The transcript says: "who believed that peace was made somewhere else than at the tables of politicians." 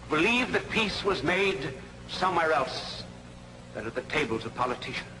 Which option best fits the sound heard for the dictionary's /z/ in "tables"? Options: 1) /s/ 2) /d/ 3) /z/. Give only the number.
3